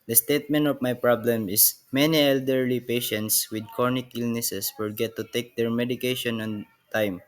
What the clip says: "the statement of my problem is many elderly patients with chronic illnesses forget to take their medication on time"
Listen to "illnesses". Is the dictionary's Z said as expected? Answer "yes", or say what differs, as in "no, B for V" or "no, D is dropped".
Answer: no, S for Z